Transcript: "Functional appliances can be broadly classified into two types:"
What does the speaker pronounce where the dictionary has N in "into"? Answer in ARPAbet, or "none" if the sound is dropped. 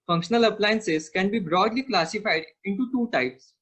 N